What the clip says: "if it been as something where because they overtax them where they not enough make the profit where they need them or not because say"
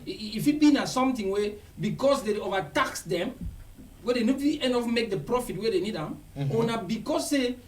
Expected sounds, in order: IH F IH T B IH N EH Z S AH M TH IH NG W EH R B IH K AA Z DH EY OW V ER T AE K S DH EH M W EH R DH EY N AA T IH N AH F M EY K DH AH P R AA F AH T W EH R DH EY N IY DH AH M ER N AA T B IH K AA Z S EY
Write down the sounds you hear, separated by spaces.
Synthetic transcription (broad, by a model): F IH T B IH N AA S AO M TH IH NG W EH B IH K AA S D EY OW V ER T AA K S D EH M W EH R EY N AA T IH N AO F M EY K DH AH P R AA F AH T W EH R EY N IY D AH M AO N AA B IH K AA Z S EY